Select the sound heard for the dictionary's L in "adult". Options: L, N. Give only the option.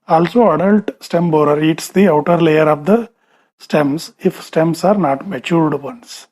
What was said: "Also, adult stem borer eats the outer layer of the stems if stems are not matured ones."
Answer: L